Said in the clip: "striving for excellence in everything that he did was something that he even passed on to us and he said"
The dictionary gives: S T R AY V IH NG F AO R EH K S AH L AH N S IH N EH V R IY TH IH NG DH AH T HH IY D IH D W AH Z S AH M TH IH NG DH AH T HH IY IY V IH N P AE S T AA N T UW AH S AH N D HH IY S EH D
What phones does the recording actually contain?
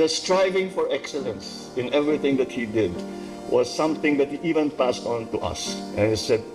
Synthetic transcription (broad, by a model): S T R AY V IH NG F AO R EH K S AH L AH N S IH N EH V R IY TH IH NG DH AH T HH IY D IH D W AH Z S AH M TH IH NG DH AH T HH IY IY V IH N P AE S T AA N T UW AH S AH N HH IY S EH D